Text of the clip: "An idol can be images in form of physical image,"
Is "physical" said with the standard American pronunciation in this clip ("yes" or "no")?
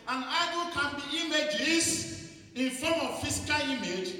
no